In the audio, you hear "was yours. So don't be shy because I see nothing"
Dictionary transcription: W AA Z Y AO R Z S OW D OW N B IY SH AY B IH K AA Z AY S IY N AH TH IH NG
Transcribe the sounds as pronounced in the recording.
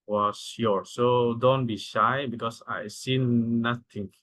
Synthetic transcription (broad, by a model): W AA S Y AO R S OW D OW N B IY SH AY B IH K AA S AY S IY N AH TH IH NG